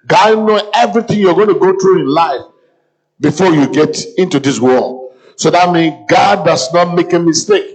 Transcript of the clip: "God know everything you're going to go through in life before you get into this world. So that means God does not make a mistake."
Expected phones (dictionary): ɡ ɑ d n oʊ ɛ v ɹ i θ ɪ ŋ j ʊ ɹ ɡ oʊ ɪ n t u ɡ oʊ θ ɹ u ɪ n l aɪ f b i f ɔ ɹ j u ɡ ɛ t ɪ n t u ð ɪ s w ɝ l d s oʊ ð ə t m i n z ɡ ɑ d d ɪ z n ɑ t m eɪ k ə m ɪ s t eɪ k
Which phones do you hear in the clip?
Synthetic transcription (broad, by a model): ɡ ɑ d n oʊ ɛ v ɹ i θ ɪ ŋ j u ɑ ɡ oʊ ɪ n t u ɡ oʊ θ ɹ u ɪ n l aɪ f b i f ɔ j u ɡ ɛ t ɪ n t u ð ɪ s w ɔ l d s oʊ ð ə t m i n ɡ ɑ d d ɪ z n ɑ t m eɪ k ə m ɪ s t eɪ k